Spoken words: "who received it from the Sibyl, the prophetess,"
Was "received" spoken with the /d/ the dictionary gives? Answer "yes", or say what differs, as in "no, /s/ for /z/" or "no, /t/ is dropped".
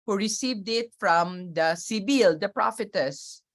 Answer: yes